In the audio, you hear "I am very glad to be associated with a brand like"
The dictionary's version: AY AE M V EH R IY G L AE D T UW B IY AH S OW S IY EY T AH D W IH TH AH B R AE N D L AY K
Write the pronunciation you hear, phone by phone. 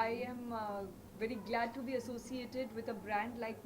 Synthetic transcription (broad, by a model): AY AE M V EH R IY G L AE D T UW B IY AH S OW S IY EY T AH D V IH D AH B R AE N D L AY K